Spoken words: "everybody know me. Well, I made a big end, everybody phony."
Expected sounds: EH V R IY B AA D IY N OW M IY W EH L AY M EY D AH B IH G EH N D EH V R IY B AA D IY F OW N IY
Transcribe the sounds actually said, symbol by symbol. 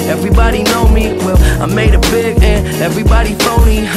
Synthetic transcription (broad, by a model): EH V R IY B AA D IY N OW M IY W EH L AY M EY D AH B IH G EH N EH V R IY B AA D IY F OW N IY